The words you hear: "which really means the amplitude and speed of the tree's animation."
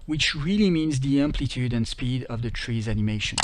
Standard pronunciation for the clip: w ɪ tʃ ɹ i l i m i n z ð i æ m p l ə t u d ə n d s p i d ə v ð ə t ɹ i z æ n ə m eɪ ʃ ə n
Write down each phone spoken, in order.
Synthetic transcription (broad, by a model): w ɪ tʃ ɹ i l i m i n z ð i æ m p l ə t u d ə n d s p i d ə v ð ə t ɹ i z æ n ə m eɪ ʃ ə n